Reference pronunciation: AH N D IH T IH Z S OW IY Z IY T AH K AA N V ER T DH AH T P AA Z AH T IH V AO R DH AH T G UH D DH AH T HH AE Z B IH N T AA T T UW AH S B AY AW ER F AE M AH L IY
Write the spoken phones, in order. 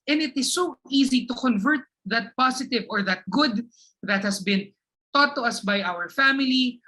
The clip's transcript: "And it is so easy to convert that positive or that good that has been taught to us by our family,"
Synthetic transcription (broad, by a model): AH N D IH T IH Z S OW IY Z IY T AH K AA N V ER T DH AH T P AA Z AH T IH V AO R DH AH T G UH D DH AH T HH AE S B IH N T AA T T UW AH S B AY AW ER F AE M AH L IY